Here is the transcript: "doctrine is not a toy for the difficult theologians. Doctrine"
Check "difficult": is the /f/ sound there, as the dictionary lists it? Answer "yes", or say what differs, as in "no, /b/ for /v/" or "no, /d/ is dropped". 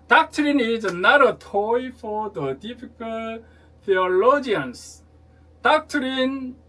no, /p/ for /f/